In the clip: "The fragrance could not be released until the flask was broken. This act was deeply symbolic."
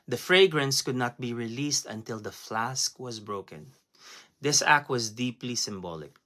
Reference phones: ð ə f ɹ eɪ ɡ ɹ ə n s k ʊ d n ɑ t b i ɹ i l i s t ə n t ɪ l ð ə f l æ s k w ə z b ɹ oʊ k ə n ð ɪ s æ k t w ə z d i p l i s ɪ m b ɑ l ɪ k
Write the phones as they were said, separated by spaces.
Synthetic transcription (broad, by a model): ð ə f ɹ eɪ ɡ ɹ ə n s k ʊ d n ɑ t b i ɹ i l i s t ə n t ɪ l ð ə f l æ s k w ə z b ɹ oʊ k ə n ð ɪ s æ k t w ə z d i p l i s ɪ m b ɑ l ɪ k